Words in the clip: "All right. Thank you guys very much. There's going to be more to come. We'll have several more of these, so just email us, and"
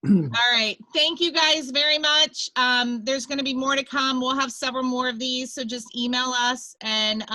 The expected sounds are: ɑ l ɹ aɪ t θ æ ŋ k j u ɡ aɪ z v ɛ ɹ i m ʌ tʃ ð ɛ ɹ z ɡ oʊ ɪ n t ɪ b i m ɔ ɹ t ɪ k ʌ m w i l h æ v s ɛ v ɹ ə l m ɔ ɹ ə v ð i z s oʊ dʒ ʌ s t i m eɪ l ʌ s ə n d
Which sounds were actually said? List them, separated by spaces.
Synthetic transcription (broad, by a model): ɑ l ɹ aɪ t θ æ ŋ k j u ɡ aɪ z v ɛ ɹ i m ʌ tʃ ð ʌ ɹ z ɡ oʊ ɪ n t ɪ b i m ɔ ɹ t ɪ k ʌ m w i l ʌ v s ɛ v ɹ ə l m ɔ ɹ ə v ð i z s oʊ dʒ ʌ s t i m eɪ l ʌ s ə n